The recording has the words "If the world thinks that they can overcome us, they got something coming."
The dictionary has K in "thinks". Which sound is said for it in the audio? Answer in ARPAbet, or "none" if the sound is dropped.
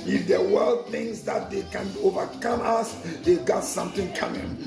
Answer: none